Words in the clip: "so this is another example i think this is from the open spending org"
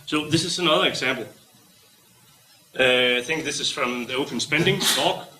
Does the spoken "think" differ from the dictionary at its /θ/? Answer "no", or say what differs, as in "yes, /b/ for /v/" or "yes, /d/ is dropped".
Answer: no